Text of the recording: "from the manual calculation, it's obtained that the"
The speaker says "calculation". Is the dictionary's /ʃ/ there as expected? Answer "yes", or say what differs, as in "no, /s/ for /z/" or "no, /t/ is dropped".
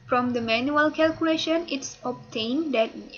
yes